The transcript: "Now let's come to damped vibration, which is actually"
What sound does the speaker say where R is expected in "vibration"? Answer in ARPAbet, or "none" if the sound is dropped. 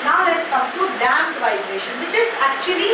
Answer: R